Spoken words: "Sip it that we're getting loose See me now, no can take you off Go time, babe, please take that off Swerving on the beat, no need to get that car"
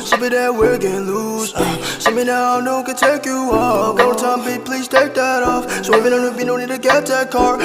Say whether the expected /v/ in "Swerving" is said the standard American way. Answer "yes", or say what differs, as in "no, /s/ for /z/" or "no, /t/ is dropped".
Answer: no, /v/ is dropped